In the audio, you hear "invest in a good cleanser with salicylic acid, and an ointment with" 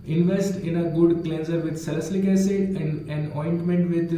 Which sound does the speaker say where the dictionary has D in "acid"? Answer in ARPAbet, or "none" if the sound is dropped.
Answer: none